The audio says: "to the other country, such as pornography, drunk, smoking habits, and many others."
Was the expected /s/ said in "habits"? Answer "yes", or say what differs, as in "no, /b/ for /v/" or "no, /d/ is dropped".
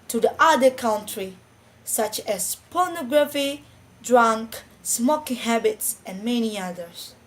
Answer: yes